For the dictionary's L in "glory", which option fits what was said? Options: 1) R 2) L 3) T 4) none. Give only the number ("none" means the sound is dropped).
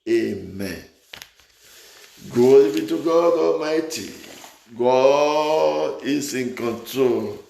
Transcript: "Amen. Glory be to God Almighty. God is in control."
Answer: 4